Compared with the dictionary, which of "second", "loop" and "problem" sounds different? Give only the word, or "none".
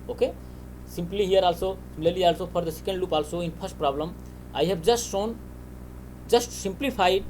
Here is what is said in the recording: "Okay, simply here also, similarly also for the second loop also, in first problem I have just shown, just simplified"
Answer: none